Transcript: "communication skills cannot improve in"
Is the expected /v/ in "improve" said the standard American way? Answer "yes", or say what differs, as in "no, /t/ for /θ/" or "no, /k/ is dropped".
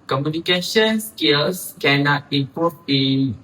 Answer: no, /b/ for /v/